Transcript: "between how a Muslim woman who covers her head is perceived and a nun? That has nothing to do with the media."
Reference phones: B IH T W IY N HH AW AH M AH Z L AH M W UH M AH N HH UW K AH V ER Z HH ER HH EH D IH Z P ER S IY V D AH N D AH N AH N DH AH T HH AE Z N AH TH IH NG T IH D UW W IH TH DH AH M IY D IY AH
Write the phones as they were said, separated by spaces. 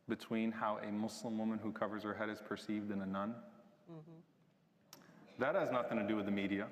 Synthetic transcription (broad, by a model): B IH T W IY N HH AW AH M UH S L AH M W UH M AH N HH UW K AH V ER Z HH ER HH EH D IH Z P ER S IY V D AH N AH N AH N DH AH T HH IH Z N AH TH IH NG T IH D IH W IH DH AH M IY D IY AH